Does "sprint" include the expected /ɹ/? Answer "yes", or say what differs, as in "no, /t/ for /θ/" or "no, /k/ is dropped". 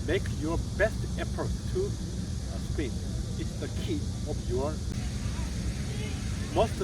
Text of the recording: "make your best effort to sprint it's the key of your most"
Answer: no, /ɹ/ is dropped